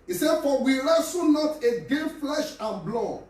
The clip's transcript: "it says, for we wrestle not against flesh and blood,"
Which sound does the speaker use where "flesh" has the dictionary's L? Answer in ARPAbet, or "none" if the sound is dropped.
L